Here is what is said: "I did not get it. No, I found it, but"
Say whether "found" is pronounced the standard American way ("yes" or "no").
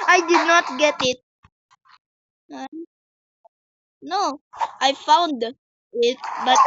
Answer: yes